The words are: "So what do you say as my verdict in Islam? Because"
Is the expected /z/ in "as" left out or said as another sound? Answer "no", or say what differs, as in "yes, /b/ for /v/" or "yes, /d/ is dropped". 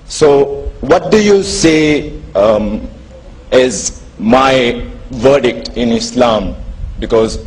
no